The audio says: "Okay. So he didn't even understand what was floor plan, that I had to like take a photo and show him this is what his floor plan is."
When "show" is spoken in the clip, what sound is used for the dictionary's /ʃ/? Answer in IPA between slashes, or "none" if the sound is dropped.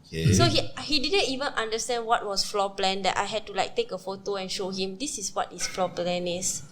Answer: /ʃ/